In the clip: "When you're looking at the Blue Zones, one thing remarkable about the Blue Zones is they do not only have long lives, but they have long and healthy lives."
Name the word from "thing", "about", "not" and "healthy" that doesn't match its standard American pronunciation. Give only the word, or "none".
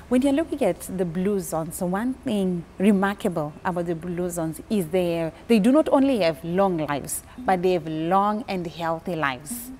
none